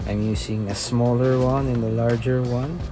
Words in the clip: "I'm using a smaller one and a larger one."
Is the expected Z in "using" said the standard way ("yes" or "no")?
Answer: no